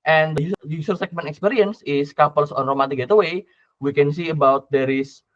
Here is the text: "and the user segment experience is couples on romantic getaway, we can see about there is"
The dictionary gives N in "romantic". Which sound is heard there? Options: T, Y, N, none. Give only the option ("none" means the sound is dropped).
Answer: none